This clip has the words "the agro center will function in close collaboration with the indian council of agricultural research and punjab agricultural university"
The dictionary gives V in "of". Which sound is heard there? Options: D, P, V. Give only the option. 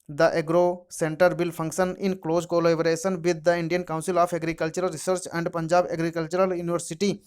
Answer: P